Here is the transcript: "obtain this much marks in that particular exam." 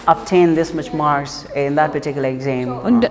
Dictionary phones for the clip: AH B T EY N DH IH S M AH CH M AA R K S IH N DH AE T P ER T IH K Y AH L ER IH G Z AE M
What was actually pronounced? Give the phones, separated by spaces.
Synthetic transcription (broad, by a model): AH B T EY N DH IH S M AH CH M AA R S IH N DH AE T P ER T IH K Y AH L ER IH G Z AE M